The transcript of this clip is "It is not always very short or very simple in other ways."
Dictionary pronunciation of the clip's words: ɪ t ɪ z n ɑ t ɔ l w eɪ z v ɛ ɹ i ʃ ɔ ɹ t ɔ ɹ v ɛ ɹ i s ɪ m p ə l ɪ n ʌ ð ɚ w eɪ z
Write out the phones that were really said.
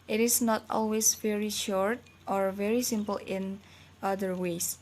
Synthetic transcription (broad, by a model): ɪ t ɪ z n ɑ t ɔ l w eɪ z v ɛ ɹ i ʃ ɔ ɹ t ɔ ɹ v ɛ ɹ i s ɪ m p ə l ɪ n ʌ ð ɚ w eɪ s